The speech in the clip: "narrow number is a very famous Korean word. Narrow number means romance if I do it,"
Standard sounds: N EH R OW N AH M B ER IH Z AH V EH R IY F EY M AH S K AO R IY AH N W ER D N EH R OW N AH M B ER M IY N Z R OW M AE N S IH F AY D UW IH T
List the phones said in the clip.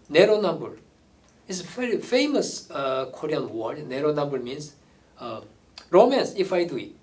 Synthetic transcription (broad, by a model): N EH R OW N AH M B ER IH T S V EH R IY F EY M AH S K AO R IY AH N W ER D N EH R OW N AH M B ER M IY N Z R OW M AE N S IH F AY D UW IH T